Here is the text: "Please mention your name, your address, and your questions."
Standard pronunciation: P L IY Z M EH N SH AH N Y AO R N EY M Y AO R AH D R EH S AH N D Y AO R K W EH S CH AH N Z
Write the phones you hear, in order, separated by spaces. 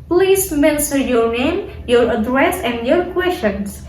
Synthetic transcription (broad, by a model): P L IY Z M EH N S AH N Y AO R N EY M Y AO R AH D R EH S AH N D Y AO R K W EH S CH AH N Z